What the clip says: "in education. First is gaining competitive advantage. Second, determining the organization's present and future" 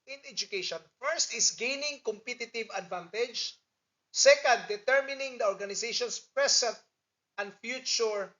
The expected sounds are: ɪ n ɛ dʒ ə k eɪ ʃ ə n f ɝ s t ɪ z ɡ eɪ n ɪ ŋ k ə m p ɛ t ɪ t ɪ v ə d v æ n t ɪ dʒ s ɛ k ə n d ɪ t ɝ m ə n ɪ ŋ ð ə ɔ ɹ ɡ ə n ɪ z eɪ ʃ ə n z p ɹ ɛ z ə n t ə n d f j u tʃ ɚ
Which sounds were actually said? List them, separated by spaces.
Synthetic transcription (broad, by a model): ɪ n ɛ dʒ ə k eɪ ʃ ə n f ɝ s t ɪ s ɡ eɪ n ɪ ŋ k ə m p ɛ t ɪ t ɪ v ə d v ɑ n t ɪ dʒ s ɛ k ə n d ɪ t ɝ m ə n ɪ ŋ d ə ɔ ɹ ɡ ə n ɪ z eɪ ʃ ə n s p ɹ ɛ s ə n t ə n d f j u tʃ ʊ